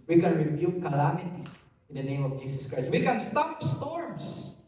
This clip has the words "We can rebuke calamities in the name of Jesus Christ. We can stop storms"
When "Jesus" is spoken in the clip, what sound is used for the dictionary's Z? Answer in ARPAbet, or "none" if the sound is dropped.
S